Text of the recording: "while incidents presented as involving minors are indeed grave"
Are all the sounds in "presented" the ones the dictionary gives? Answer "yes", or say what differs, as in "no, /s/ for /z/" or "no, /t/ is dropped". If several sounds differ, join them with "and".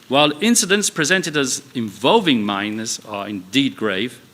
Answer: yes